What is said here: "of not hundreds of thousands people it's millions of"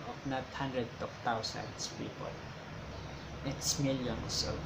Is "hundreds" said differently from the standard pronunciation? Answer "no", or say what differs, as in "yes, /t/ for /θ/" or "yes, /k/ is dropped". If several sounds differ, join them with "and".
yes, /z/ is dropped